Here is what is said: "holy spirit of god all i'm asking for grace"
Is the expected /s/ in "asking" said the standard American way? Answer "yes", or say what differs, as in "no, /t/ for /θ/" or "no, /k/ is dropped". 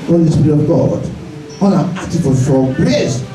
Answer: no, /s/ is dropped